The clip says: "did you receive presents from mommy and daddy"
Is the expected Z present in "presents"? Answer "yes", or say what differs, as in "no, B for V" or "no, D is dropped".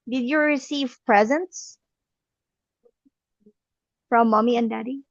yes